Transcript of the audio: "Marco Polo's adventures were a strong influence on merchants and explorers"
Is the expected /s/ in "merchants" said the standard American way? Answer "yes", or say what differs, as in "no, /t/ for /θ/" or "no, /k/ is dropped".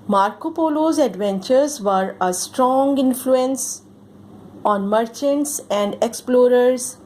yes